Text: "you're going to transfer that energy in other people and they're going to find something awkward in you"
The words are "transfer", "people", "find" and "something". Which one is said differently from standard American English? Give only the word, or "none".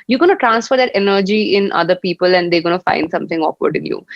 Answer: something